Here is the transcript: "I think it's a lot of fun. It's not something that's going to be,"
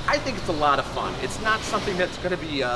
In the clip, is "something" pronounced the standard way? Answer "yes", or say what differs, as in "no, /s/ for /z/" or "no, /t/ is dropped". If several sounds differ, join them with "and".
yes